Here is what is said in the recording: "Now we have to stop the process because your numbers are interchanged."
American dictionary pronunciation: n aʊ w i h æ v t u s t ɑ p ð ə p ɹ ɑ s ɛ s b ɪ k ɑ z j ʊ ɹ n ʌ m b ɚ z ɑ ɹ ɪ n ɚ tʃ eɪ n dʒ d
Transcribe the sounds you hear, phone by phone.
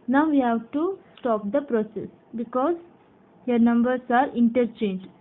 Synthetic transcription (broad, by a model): n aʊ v i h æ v t u s t ɑ p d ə p ɹ ɑ s ɛ s b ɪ k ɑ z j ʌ ɹ n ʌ m b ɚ s ɑ ɹ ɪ n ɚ tʃ eɪ n dʒ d